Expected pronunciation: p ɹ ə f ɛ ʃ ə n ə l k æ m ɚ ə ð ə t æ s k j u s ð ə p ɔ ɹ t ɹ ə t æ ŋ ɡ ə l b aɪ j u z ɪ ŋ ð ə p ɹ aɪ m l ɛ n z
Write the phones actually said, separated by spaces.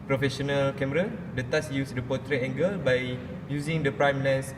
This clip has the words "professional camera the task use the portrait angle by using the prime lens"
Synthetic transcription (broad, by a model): p ɹ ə f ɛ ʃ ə n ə l k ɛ m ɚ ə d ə t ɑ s j u s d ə p ɔ t ɹ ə ɛ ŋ ɡ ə l b aɪ j u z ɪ ŋ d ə p ɹ aɪ m l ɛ n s